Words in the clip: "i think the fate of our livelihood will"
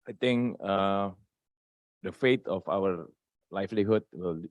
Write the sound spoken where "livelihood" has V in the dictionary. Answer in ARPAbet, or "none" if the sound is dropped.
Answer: F